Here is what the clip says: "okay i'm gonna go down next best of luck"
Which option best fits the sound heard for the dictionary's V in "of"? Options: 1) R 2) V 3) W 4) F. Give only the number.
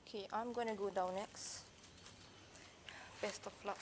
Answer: 4